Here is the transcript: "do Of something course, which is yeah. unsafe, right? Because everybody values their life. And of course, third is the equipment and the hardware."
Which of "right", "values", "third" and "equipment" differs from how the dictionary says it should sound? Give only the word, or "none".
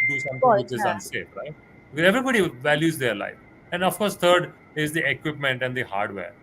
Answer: third